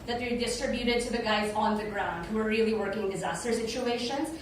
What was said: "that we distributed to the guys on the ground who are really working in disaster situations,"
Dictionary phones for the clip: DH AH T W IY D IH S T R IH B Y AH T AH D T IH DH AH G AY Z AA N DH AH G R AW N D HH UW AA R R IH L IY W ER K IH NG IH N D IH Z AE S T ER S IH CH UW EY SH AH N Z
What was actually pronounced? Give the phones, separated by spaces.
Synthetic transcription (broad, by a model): DH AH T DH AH D IH S T R IH B Y AH T AH D T IH DH AH G AY Z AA N DH AH G R AW N D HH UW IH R R IH L IY W ER K IH NG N D IH Z AE S T ER S IH CH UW EY SH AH N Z